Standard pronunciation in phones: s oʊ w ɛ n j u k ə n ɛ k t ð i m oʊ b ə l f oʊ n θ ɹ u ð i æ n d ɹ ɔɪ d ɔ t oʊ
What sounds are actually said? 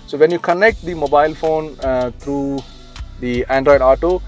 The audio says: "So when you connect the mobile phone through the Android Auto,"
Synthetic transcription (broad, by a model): s oʊ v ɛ n j u k ə n ɛ k t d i m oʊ b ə l f oʊ n t ɹ u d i æ n d ɹ ɔɪ d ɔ t oʊ